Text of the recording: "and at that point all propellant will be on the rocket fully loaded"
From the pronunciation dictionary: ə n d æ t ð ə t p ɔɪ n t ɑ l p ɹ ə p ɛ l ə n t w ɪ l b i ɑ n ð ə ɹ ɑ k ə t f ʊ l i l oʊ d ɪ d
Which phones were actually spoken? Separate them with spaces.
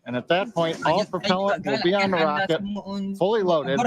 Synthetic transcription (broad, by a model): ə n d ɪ t ð ə t p ɔɪ n t ɑ l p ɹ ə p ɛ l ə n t w ɪ l b i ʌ n ð ə ɹ ɑ k ə t f ʊ l i l oʊ d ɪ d